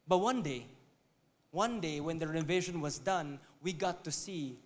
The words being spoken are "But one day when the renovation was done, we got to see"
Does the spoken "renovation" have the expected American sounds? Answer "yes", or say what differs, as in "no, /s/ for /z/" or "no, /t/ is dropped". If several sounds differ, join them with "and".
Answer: no, /w/ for /ɹ/